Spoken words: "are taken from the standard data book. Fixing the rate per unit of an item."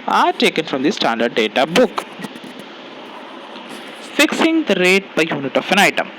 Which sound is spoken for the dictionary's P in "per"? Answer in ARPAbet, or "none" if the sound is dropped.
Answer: B